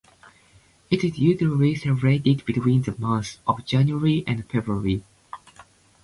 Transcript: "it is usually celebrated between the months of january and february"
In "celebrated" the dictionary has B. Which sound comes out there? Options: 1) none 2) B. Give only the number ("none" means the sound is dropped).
1